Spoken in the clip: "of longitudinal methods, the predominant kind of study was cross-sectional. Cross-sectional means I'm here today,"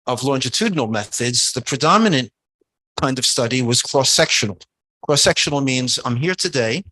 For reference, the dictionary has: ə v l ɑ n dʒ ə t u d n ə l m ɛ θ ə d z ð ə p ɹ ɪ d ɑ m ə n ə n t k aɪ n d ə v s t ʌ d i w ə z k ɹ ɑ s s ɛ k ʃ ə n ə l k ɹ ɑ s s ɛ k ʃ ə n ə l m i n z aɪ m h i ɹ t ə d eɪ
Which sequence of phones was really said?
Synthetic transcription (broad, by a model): ə v l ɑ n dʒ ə t u d n l m ɛ θ ə d z ð ə p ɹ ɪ d ɑ m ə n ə n k aɪ n d ə v s t ʌ d i w ə z k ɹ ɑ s s ɛ k ʃ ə n l k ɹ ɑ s s ɛ k ʃ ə n l m i n z aɪ m h i ɹ t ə d eɪ